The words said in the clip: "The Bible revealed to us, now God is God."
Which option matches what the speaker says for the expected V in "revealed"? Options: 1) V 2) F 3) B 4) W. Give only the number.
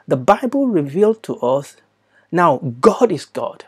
1